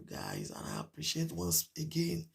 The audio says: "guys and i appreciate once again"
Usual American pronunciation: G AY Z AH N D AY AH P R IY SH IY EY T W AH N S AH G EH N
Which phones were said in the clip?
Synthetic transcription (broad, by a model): G AY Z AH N AY AH P R IY SH IY EY T W AH N S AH G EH N